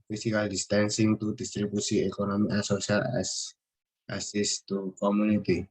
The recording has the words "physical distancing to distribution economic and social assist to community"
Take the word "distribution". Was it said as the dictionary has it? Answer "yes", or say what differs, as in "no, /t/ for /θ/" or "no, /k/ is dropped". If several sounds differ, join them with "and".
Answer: no, /s/ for /ʃ/ and /n/ is dropped